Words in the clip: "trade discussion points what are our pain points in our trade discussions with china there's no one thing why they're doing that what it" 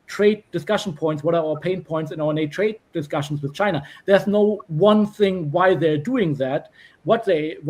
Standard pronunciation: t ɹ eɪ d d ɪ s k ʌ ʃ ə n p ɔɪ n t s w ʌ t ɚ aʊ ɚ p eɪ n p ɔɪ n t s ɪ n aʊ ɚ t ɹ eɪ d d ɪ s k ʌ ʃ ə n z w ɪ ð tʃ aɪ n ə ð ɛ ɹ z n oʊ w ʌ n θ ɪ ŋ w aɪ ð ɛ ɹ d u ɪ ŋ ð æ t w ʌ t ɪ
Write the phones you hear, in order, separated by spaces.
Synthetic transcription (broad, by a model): t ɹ eɪ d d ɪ s k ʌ ʃ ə n p ɔɪ n t s w ʌ t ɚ aʊ ɚ p eɪ n p ɔɪ n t s ɪ n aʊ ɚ t ɹ eɪ d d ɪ s k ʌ ʃ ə n s w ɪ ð tʃ aɪ n ə ð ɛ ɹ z n oʊ w ʌ n θ ɪ ŋ w aɪ ð ɛ ɹ d u ɪ ŋ ð æ t w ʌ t ɪ